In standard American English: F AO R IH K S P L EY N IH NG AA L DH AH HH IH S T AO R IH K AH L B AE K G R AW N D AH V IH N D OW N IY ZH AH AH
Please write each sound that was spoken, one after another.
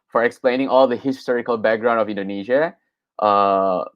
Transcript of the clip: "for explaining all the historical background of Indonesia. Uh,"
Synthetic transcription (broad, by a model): F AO R IH K S P L EY N IH NG AA L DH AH HH IH S T AO R IH K AH L B AE K G R AW N D AH V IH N D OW N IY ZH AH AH